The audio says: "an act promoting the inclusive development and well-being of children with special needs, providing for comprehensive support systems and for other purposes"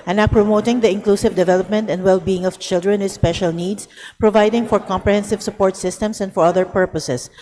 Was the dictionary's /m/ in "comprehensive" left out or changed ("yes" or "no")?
no